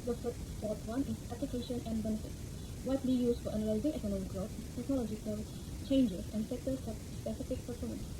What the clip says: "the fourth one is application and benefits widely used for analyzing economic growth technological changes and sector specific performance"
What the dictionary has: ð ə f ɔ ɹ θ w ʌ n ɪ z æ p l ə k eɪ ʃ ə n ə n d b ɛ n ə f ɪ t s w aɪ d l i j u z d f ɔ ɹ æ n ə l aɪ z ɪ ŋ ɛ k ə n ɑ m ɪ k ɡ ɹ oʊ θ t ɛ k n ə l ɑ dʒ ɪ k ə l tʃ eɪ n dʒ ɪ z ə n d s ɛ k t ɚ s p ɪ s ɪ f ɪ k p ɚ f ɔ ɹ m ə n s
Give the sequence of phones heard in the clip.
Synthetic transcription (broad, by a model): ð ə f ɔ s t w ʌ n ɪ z æ p l ə k eɪ ʃ ə n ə n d b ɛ n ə f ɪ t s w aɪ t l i j u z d f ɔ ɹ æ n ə l aɪ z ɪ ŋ ɛ k ə n ɑ m ɪ k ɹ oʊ s t ɛ k n ə l ɑ dʒ ɪ k ə l tʃ eɪ n dʒ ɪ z ə n d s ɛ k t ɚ s p ɪ s ɪ f ɪ k p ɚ f ɔ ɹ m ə n s